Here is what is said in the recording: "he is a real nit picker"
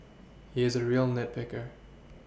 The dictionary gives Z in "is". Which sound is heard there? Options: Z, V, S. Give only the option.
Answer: Z